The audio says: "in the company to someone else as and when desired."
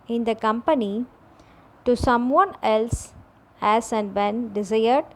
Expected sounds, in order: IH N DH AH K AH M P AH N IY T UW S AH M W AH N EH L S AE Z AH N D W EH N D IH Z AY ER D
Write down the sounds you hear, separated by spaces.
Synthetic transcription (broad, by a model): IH N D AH K AH M P AH N IY T UW S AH M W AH N EH L S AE S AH N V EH N D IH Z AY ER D